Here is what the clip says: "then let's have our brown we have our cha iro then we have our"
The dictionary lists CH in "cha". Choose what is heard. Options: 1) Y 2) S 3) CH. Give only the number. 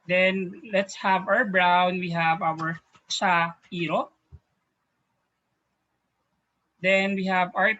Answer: 2